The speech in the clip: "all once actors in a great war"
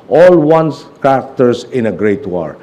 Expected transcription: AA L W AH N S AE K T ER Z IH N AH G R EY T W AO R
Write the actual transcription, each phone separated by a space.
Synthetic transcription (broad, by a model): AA L W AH N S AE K T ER S IH N AH G R EY T W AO R